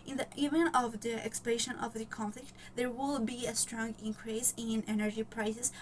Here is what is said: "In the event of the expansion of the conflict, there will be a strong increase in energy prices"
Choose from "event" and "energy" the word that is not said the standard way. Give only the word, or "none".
event